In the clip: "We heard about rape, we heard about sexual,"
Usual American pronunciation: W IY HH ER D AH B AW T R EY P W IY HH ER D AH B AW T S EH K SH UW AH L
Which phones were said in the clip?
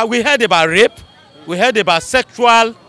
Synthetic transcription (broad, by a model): W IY HH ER D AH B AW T R EY P W IY HH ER D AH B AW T S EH K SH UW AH L